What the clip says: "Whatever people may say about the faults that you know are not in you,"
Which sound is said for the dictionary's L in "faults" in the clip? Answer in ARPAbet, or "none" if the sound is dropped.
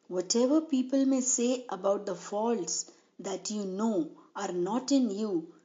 L